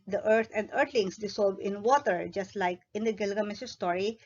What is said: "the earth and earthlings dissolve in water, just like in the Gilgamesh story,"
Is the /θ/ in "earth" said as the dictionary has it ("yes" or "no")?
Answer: no